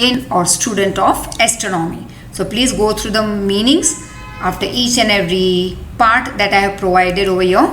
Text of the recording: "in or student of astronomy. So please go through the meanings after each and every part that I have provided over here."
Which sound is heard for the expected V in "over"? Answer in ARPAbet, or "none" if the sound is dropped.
V